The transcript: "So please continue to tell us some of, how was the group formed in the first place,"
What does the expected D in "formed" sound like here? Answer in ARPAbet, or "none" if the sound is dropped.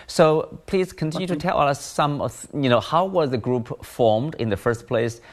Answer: D